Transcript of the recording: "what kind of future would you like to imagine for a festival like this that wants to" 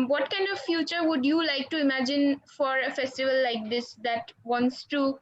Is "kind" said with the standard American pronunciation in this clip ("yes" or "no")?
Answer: yes